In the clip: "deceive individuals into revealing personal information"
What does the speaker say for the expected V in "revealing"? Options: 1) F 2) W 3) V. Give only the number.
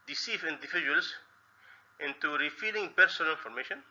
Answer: 1